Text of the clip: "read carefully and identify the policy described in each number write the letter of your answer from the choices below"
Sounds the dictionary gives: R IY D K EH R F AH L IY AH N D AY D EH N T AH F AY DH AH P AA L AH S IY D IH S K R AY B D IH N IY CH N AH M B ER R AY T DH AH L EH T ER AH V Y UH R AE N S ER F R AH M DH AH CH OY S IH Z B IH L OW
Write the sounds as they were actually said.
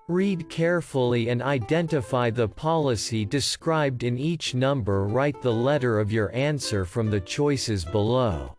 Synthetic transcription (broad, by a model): R IY D K EH R F L IY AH N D AY D EH N T AH F AY DH AH P AA L AH S IY D IH S K R AY B D IH N IY CH N AH M B ER R AY T DH AH L EH T ER AH V Y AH R AE N S ER F R AH M DH AH CH OY S IH Z B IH L OW